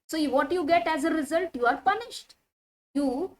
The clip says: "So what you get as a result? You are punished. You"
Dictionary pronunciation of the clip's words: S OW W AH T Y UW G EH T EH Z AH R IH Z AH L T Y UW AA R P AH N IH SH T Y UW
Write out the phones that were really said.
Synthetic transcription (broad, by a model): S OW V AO T Y UW G EH T EH Z AH R IH Z AH L T Y UW AA R P AH N IH SH T Y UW